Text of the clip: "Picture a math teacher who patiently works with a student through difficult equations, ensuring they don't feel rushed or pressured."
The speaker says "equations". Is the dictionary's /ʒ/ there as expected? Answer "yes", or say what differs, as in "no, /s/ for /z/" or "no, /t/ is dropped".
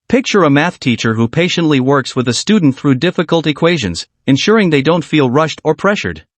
yes